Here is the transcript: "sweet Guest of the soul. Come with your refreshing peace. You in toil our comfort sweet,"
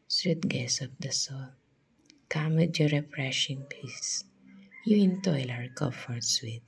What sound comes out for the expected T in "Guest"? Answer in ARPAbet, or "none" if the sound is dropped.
none